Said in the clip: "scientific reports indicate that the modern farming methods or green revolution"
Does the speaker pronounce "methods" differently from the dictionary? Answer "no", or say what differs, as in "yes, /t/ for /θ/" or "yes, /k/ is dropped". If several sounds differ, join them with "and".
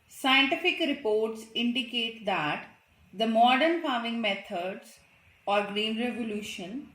yes, /t/ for /θ/